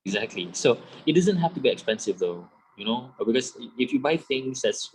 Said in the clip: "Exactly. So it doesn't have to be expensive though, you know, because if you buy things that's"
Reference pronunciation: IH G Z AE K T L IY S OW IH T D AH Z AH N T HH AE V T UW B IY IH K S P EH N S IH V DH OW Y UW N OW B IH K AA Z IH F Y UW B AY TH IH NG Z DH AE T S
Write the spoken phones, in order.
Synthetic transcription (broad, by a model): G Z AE K T L IY S OW IH T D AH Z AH N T HH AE F T UW B IY IH K S P EH N S IH V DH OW Y UW N OW B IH K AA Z IH F Y UW B AY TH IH NG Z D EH T S